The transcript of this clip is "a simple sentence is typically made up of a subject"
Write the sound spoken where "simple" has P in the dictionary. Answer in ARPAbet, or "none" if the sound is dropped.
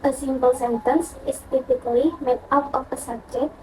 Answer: B